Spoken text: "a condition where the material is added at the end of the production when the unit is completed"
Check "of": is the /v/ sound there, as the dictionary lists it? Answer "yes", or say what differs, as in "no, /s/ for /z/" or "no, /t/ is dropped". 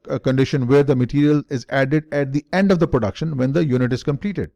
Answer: yes